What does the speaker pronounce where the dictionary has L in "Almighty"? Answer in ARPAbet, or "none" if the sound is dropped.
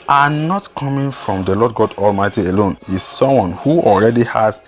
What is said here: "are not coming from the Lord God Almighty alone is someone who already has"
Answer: L